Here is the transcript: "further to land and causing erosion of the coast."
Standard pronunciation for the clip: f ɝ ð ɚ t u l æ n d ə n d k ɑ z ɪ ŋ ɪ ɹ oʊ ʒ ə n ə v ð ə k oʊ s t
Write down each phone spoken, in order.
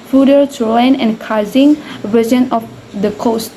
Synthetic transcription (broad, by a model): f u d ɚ t u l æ n ə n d k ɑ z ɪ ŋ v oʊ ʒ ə n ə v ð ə k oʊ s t